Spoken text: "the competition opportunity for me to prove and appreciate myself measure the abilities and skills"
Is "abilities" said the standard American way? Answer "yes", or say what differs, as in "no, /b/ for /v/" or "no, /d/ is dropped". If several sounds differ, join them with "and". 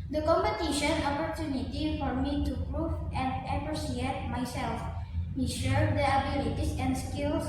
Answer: no, /s/ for /z/